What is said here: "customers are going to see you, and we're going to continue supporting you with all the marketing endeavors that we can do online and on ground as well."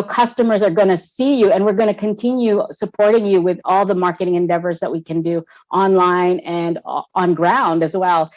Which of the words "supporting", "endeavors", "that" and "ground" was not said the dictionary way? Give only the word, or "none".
none